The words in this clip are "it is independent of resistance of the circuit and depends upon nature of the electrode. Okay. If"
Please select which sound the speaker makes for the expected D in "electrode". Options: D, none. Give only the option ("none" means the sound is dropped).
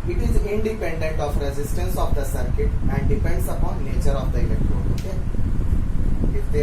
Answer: none